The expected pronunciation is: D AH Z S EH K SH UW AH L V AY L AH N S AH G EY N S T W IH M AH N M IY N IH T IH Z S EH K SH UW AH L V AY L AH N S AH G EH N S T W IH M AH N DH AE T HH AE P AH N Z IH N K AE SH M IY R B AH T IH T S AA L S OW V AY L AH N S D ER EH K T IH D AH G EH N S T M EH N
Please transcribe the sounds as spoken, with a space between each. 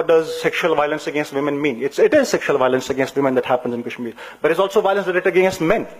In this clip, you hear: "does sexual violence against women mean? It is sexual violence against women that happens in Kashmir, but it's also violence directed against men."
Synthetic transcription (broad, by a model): D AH Z S EH K SH UW AH L V AY L AH N S AH G EY N S T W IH M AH N M IY N IH T IH Z S EH K SH UW AH L V AY L AH N S AH G EH N S T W IH M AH N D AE T HH AE P AH N Z IH N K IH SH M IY B AH T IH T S AA L S OW V AY L AH N S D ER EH T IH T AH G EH S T M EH N